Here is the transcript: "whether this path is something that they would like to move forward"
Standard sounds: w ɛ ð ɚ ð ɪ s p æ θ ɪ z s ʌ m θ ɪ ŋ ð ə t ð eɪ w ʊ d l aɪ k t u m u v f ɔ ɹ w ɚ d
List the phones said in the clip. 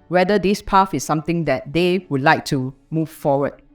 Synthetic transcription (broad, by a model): w ɛ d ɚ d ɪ s p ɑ f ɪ s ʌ m t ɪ ŋ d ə t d eɪ w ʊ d l aɪ k t u m u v f ɔ w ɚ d